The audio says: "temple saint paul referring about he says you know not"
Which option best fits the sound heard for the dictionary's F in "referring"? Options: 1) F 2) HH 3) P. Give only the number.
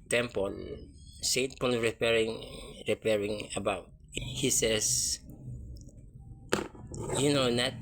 3